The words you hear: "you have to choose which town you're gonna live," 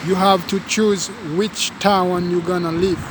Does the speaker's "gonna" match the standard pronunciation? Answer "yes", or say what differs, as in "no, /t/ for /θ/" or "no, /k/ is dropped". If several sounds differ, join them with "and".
yes